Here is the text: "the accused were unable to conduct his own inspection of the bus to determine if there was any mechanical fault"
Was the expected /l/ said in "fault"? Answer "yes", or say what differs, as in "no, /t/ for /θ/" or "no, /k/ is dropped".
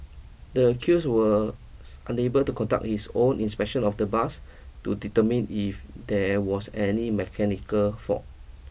no, /l/ is dropped